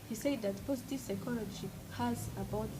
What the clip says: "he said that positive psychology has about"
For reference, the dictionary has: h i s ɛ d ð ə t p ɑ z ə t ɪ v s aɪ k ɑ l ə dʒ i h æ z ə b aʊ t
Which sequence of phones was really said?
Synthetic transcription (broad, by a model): h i s ɛ d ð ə t p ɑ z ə t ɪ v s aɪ k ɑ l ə ʃ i h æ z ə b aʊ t